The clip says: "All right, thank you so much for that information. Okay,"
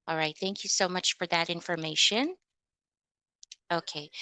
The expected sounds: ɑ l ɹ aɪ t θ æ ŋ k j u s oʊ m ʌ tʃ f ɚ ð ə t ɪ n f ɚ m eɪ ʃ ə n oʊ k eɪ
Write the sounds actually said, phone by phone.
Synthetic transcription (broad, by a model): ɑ l ɹ aɪ t θ æ ŋ k j u s oʊ m ʌ tʃ f ɚ ð ə t ɪ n f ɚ m eɪ ʃ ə n oʊ k eɪ